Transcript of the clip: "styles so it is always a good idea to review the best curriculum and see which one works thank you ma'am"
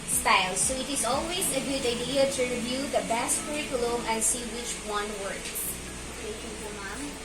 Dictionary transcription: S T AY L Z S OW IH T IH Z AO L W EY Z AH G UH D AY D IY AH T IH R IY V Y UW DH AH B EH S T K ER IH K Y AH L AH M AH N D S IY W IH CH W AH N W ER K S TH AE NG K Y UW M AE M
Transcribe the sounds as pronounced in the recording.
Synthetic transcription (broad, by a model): S T AY L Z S OW IH T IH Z AO L W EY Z AH G UH D AY D IY AH T IH R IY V Y UW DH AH B EH S T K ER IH K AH L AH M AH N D S IY W IH CH W AH N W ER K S T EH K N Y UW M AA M